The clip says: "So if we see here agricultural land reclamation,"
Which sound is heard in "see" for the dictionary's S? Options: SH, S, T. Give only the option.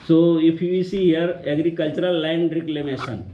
S